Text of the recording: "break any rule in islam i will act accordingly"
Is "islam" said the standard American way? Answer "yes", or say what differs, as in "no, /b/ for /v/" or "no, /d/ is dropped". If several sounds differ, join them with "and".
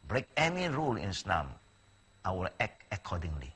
no, /n/ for /l/